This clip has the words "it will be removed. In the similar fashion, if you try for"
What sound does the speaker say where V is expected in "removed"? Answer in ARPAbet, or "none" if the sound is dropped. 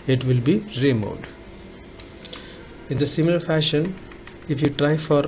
none